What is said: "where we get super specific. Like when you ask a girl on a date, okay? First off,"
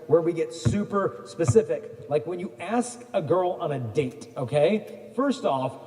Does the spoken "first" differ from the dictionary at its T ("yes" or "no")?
no